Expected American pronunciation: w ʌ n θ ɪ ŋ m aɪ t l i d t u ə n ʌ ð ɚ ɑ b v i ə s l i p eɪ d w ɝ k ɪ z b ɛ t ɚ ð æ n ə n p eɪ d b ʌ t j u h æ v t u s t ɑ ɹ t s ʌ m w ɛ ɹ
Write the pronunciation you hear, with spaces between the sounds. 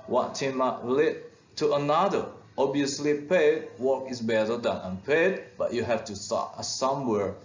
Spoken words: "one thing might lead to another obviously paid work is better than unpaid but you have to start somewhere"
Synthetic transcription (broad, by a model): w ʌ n t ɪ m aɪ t l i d t u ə n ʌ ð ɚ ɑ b i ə s l i p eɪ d w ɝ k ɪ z b ɛ t ɚ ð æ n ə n p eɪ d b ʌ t j u h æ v t u s t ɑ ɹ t s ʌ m w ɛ ɹ